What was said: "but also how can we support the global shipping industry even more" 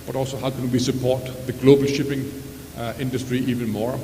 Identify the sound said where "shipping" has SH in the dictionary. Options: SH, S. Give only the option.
SH